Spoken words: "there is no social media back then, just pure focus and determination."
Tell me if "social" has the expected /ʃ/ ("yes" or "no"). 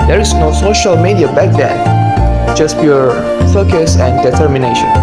yes